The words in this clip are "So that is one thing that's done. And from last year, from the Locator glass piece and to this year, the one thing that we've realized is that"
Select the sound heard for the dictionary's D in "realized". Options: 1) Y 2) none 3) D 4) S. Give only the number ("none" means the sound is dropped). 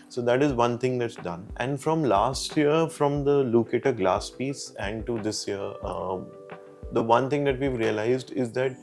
3